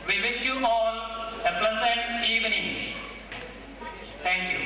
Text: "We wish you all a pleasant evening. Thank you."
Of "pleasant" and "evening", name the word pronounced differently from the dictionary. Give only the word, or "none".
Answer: pleasant